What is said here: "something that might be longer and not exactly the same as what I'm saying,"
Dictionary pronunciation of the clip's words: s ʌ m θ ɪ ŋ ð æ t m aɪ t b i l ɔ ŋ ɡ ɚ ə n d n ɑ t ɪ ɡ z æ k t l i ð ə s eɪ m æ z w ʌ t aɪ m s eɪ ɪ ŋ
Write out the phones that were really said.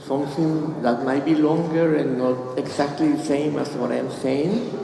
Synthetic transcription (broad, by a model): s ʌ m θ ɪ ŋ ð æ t m aɪ t b i l ɔ ŋ ɡ ɚ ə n n ɑ t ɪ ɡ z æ k t l i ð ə s eɪ m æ s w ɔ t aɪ m s eɪ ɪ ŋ